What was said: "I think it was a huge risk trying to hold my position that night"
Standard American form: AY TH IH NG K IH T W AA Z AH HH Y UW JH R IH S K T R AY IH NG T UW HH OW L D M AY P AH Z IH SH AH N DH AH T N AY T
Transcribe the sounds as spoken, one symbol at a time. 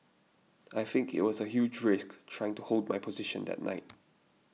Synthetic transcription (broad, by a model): AY TH IH NG K IH T W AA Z AH HH Y UW JH R IH S K T R AY IH NG T UW HH OW L D M AY P AH Z IH SH AH N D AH T N AY T